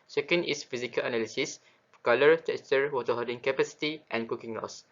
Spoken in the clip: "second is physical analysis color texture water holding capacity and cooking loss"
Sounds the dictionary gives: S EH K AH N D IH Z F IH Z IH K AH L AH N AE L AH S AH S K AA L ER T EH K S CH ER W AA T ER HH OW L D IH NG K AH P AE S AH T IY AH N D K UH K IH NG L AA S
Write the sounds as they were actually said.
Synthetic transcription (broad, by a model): S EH K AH N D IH S F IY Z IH K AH L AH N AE L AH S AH S K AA L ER T EH K S CH ER W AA T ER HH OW D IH NG K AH P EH S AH T IY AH N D K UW K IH NG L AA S